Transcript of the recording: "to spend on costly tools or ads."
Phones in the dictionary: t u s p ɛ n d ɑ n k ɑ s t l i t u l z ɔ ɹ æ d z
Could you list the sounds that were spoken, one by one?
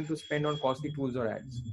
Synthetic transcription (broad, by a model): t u s p ɛ n d ɑ n k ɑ s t i t u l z ɔ ɹ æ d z